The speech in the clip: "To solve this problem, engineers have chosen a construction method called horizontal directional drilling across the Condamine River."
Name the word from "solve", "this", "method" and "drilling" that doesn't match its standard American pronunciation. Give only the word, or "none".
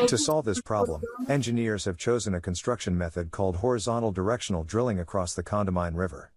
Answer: none